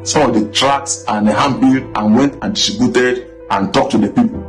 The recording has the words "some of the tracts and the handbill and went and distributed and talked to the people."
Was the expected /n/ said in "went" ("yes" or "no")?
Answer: yes